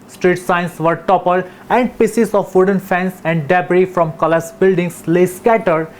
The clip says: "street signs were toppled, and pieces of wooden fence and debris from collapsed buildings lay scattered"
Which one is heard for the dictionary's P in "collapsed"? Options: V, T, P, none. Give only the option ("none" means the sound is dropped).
none